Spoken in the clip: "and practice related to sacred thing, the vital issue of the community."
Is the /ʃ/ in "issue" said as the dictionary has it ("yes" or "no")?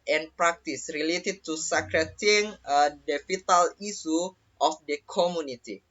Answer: no